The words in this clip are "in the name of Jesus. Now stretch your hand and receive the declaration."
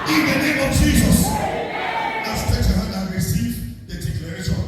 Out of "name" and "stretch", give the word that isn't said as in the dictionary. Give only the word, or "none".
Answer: stretch